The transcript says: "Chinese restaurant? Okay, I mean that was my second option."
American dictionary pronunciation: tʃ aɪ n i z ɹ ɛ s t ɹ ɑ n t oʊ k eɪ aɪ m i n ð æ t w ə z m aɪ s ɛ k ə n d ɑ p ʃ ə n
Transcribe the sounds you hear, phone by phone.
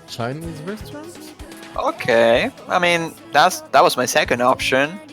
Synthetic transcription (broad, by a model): tʃ aɪ n i z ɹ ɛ s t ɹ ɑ n t oʊ k eɪ aɪ m i n ð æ t w ə z m aɪ s ɛ k ə n d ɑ p ʃ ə n